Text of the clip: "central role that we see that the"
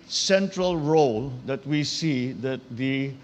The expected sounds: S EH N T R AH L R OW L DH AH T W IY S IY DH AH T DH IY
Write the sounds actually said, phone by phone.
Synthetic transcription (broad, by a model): S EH N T R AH L R OW L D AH T W IY S IY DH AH T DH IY